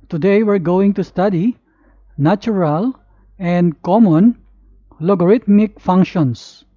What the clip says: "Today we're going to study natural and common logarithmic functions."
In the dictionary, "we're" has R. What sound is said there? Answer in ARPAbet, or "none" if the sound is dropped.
R